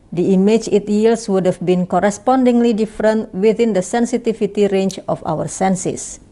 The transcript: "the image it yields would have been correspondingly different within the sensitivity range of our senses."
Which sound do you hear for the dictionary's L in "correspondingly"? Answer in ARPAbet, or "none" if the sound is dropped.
L